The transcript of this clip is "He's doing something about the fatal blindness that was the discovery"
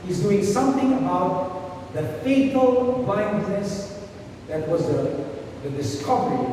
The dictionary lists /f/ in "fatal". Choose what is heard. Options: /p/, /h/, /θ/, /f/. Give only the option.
/f/